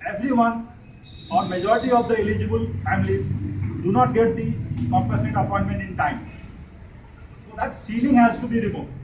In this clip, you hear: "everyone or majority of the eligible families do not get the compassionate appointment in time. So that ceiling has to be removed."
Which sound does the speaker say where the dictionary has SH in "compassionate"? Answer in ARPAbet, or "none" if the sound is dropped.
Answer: S